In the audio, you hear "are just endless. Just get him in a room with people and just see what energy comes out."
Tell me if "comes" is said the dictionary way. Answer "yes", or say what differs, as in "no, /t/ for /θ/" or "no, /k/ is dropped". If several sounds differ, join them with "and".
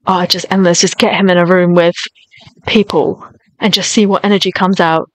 yes